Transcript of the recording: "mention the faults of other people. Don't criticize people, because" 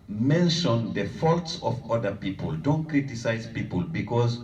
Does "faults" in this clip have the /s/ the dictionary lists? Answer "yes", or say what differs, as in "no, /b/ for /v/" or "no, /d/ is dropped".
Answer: yes